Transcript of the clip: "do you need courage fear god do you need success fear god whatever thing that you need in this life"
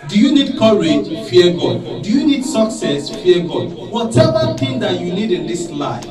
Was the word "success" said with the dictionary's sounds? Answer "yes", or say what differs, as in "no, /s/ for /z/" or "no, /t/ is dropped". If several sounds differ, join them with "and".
yes